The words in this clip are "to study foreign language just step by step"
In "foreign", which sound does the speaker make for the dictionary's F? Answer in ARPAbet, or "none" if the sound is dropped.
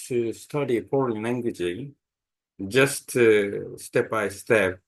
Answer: P